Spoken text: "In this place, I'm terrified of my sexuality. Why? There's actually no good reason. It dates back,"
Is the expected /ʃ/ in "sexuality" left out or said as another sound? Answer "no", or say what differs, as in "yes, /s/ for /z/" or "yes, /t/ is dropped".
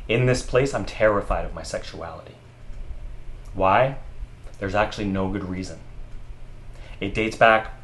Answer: no